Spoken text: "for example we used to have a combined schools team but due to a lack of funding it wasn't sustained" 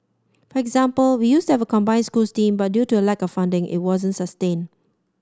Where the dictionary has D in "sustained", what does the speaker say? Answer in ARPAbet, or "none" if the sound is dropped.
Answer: none